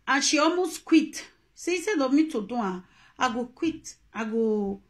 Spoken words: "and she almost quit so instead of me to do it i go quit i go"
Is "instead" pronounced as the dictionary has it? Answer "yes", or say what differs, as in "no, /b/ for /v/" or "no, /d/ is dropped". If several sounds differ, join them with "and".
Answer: no, /n/ is dropped